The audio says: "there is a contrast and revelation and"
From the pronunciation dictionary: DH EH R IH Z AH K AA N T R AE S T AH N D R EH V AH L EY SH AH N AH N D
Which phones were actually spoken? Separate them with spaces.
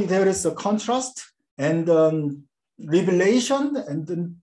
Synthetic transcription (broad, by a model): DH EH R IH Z AH K AA N T R AE S T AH N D R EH B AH L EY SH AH N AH N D